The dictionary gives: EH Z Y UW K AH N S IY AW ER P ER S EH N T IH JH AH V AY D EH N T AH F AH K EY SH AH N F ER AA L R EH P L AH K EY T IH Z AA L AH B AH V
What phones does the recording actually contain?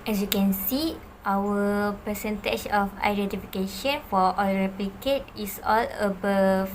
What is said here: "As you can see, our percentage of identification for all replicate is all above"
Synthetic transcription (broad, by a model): EH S Y UW K AH N S IY AW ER P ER S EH N T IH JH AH F AY D EH N T AH F AH K EY SH AH N F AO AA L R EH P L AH K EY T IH S AA L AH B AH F